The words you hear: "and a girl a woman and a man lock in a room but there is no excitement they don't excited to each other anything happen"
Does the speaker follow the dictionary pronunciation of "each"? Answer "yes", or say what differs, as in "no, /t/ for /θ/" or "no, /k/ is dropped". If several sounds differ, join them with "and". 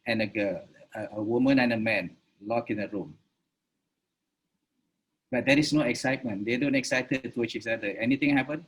no, /s/ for /tʃ/